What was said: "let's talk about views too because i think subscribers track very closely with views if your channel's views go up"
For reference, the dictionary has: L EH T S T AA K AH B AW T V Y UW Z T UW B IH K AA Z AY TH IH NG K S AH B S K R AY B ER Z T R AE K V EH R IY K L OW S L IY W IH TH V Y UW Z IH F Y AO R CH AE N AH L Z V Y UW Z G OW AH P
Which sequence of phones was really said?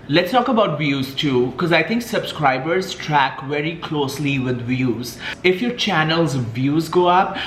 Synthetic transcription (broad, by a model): L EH T S T AA K AH B AW T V Y UW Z T UW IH K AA Z AY T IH NG K S AH B S K R AY B ER Z T R AE K V EH R IY K L OW S L IY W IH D V Y UW Z IH F Y AO R CH AE N AH L Z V Y UW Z G OW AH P